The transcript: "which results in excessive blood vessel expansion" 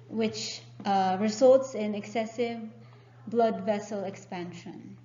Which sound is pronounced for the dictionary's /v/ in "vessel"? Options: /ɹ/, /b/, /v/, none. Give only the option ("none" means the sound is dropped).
/v/